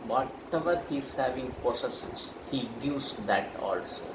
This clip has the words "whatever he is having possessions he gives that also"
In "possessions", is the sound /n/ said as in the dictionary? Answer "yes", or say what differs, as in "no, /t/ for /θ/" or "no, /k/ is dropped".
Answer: no, /n/ is dropped